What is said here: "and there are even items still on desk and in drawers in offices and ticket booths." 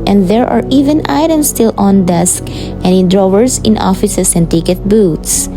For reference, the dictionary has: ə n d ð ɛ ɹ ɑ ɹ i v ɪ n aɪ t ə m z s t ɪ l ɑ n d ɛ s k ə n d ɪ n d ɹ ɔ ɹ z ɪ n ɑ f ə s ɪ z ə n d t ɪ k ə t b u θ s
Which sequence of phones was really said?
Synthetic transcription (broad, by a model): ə n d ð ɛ ɹ ɑ ɹ i v ɪ n aɪ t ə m s t ɪ l ɑ n d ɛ s k ə n d ɪ n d ɹ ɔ ɹ s ɪ n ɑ f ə s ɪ s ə n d t ɪ k ə t b u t s